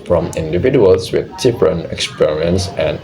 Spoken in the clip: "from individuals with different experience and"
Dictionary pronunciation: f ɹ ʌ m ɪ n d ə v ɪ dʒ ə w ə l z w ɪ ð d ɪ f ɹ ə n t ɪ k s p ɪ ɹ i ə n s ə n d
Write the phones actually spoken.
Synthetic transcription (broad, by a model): f ɹ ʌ m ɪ n d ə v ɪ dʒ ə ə l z w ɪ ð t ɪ p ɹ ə n ɪ k s p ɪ ɹ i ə n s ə n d